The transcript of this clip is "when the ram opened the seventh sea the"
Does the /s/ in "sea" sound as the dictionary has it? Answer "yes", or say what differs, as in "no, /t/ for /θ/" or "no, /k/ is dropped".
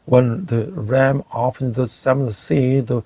yes